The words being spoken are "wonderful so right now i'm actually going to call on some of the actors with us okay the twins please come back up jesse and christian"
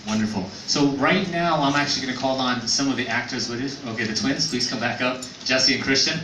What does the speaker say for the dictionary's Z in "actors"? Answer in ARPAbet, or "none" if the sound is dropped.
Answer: Z